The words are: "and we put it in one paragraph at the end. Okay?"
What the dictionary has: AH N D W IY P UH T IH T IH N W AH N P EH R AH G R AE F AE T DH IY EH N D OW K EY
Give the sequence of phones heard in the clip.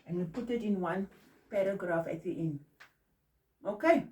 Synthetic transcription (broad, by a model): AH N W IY P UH T IH T IH N W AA N P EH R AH G R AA F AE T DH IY N OW K EY